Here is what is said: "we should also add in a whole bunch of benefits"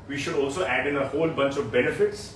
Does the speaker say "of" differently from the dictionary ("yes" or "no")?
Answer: no